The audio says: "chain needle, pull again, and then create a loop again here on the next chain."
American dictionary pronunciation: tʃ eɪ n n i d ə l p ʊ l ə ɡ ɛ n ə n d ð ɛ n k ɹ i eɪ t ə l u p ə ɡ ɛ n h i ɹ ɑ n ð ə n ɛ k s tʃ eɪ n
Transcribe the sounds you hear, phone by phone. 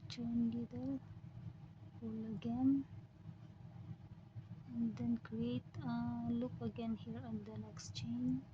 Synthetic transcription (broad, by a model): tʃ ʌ n l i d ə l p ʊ l ə ɡ ɛ n ə n d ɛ n k ɹ i eɪ t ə l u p ə ɡ ɛ n h i ɹ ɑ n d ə n ɛ k s tʃ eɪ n